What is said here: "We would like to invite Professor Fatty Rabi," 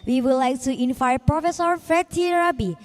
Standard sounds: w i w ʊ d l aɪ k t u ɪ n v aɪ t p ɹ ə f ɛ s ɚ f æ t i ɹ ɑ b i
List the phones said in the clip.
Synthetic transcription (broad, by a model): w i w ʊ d l aɪ k t u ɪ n f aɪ p ɹ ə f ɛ s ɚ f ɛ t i ɹ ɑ b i